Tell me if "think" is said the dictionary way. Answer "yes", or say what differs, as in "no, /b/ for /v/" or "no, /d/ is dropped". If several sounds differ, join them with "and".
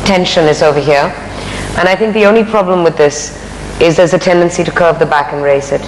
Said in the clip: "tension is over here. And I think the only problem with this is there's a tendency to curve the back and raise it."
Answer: yes